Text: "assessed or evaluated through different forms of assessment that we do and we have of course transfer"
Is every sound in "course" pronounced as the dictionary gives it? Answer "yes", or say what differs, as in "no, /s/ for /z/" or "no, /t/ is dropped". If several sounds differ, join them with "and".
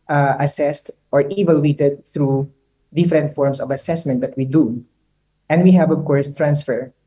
yes